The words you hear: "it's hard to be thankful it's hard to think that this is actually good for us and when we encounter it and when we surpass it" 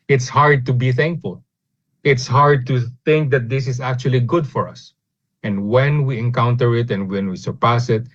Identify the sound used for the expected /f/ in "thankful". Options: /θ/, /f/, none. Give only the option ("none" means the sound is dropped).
/f/